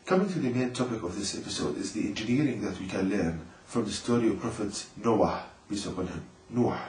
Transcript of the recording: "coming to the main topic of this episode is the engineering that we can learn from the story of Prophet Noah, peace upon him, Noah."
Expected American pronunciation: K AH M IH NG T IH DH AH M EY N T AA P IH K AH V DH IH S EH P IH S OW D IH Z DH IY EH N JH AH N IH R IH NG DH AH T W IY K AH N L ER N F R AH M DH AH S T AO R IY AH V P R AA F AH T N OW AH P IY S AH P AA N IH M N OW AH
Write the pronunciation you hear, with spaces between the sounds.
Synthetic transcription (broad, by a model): K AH M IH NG T IH DH AH M EY N T AA P IH K AH V DH IH S EH P IH S OW D IH Z DH IY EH N JH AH N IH R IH NG DH AH T W IY K AH N L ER N F R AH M DH AH S T AO R IY AH V P R AA F AH T N OW AH B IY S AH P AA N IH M N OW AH